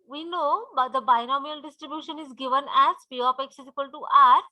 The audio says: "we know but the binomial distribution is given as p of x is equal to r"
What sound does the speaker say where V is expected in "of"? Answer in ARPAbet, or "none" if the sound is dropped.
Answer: P